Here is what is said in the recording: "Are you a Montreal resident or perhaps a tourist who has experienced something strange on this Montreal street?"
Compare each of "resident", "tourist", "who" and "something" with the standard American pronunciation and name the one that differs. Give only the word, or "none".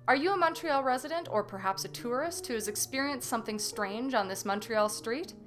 none